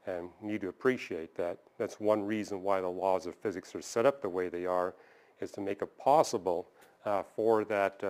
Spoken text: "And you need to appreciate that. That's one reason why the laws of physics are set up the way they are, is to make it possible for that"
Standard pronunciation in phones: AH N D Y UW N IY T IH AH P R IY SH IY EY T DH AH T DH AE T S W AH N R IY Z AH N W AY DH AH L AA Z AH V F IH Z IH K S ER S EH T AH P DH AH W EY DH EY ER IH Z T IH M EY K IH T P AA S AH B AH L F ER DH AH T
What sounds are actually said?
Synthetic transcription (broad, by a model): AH N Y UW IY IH AH P R IY SH IY EY T DH AH T DH AE T S W AH N R IY Z AH N W AY DH AH L AA Z AH V F IH Z IH K S ER S EH T AH P DH AH W EY DH EY ER IH Z T IH M EY K IH T P AA S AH B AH L F ER DH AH T